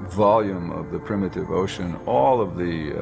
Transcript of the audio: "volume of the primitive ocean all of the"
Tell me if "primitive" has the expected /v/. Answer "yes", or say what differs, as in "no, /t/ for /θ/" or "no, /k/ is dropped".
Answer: yes